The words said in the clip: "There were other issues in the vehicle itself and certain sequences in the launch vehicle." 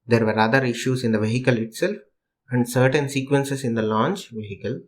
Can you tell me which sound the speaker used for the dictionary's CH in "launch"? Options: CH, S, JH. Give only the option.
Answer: CH